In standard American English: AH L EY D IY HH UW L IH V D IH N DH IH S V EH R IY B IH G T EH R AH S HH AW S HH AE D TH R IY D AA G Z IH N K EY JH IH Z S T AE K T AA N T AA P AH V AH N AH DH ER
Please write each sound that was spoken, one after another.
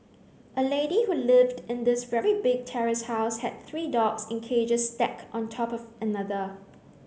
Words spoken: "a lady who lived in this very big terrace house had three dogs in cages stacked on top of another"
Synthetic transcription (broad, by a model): AH L EY D IY HH UW L IH V D IH N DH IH S V EH R IY B IH G T EH R AH S HH AW S HH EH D TH R IY D AA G S IH N K EY JH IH S T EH K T AA N T AA P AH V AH N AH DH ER